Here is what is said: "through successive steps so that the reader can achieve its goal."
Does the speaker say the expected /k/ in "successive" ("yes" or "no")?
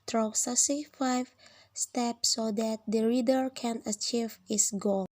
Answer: no